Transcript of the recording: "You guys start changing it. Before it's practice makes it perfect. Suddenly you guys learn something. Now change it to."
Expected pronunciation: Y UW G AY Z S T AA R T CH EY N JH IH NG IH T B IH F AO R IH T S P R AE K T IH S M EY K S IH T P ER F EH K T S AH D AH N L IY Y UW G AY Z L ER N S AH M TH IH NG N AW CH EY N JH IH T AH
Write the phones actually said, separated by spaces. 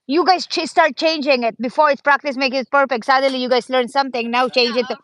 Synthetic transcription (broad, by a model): Y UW G AY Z S T AA R T CH EY N JH IH NG IH T B IH F AO R IH T S P R AE K T IH S M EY K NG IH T P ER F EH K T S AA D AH L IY Y UW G AY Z L ER N S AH M T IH NG N AW CH EY N JH IH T